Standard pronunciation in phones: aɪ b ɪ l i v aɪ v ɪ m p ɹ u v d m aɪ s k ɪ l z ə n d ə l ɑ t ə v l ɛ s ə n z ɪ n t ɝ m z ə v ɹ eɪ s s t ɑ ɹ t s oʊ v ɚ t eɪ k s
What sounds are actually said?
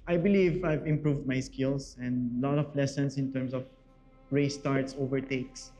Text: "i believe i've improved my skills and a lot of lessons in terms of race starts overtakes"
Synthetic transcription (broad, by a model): aɪ b ɪ l i v aɪ v ɪ m p ɹ u v d m aɪ s k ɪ l s ə n d l ɑ t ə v l ɛ s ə n s ɪ n t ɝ m s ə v ɹ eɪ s s t ɑ ɹ t s oʊ v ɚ t eɪ k s